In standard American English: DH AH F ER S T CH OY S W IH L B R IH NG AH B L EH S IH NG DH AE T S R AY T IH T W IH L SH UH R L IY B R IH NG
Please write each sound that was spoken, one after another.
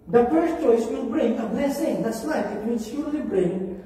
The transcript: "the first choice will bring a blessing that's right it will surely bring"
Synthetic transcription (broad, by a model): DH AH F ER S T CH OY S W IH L B R IH NG AH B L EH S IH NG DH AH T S L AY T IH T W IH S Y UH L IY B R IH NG